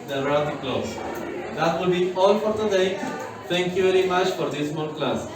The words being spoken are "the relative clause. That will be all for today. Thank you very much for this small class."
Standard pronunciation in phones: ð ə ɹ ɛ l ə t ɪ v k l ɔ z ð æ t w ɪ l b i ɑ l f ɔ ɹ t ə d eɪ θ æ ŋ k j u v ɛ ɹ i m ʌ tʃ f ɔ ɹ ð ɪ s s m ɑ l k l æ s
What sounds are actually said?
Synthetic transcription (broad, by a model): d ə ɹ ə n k l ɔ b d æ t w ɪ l b i ɑ l f ɔ ɹ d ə d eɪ t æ ŋ k j u v ɛ ɹ i m ʌ tʃ f ɔ ɹ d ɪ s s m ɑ n k l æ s